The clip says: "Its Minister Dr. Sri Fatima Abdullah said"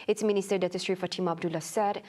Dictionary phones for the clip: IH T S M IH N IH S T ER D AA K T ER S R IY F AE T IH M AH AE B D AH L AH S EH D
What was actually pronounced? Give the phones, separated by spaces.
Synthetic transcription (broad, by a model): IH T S M IH N IH S T ER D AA T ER S R IY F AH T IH M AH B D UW L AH S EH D